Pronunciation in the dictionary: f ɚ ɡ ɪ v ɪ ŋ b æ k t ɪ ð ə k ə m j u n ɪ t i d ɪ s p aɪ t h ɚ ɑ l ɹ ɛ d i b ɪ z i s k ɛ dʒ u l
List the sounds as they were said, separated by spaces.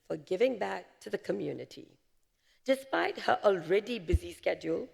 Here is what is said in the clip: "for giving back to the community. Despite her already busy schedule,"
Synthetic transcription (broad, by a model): f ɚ ɡ ɪ v ɪ ŋ b æ k t ɪ ð ə k ə m j u n ɪ t i d ɪ s p aɪ t h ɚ ɑ l ɹ ɛ d i b ɪ z i s k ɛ dʒ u l